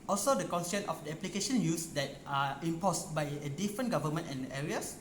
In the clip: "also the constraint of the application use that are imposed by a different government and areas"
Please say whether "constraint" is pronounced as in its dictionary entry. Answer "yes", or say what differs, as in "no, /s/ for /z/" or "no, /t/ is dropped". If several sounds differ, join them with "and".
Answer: no, /ɹ/ is dropped